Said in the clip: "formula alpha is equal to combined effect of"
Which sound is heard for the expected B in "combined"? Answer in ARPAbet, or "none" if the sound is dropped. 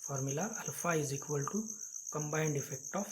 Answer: B